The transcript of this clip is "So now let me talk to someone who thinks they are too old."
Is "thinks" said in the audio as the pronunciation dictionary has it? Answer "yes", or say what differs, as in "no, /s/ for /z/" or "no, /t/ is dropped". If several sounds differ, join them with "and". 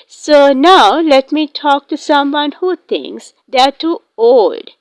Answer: no, /t/ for /θ/